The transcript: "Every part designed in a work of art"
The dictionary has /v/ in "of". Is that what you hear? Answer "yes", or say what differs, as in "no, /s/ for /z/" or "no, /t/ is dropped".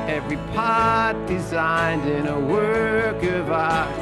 yes